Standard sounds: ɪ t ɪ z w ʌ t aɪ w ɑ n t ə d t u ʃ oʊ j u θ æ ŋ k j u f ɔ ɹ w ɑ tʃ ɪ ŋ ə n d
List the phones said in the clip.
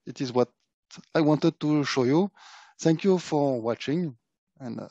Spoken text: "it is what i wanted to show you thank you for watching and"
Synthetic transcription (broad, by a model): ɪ t ɪ z w ʌ t aɪ w ɑ n t ə d t u ʃ oʊ j u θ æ ŋ k j u f ɔ ɹ w ɑ tʃ ɪ ŋ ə n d